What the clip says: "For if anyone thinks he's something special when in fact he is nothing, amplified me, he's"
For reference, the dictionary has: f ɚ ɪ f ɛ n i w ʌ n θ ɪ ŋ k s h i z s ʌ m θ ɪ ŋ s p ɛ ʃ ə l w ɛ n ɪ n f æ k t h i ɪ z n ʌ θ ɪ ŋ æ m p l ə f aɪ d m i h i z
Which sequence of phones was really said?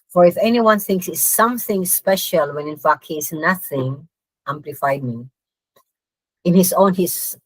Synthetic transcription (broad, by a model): f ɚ ɪ f ɛ n i w ʌ n θ ɪ ŋ k s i s ʌ m θ ɪ ŋ s p ɛ ʃ ə l w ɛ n ɪ n f æ k t h i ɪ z n ʌ θ ɪ ŋ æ m p l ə f aɪ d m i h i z